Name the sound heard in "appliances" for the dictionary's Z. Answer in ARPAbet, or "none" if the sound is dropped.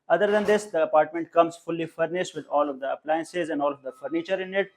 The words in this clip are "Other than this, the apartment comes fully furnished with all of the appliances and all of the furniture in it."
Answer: Z